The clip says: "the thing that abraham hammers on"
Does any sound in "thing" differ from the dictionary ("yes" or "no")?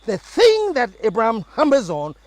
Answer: no